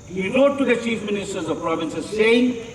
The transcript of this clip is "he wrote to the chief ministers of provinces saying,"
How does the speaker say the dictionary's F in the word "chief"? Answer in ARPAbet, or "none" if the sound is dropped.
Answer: F